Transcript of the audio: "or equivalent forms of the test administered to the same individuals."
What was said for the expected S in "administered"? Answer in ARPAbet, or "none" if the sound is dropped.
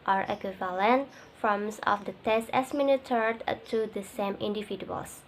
none